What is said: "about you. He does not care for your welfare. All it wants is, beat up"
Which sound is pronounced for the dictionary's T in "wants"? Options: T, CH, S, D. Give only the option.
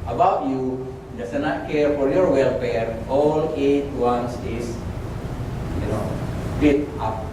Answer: S